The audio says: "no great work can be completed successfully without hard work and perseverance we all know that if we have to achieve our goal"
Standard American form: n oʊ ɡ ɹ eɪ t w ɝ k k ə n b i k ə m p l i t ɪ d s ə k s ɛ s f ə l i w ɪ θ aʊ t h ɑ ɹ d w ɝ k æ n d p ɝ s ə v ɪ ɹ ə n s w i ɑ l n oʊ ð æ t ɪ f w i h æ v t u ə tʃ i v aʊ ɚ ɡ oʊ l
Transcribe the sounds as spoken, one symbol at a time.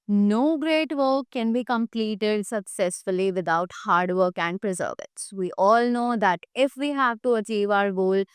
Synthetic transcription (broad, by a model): n oʊ ɡ ɹ eɪ t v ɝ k k ə n b i k ə m p l i t ɪ d s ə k s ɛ s f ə l i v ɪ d aʊ t h ɑ ɹ d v ɝ k æ n d p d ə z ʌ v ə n s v i ɑ l n oʊ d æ t ɪ f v i h æ v t u ə tʃ i v aʊ ɚ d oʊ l